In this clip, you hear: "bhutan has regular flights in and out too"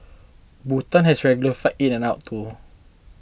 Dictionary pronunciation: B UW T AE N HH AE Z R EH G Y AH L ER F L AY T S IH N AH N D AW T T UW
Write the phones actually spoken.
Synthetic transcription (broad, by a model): B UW T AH N HH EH S R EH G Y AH L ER F AY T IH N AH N AW T T UW